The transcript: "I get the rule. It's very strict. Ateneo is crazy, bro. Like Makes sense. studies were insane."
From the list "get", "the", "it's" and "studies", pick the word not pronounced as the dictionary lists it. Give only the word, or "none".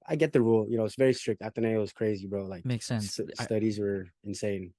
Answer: none